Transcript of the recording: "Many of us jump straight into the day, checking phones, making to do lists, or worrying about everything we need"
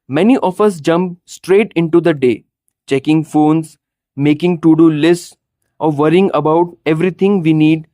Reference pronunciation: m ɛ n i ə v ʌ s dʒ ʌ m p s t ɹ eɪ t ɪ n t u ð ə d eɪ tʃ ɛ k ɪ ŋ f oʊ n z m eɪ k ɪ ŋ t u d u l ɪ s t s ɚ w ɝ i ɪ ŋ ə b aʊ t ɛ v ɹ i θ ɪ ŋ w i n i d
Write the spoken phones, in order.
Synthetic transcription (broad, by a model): m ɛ n i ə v ʌ s dʒ ʌ m p s t ɹ eɪ t ɪ n t u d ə d eɪ tʃ ɛ k ɪ ŋ f oʊ n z m eɪ k ɪ ŋ t u d u l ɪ s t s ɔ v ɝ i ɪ ŋ ə b aʊ t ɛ v ɹ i t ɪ ŋ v i n i d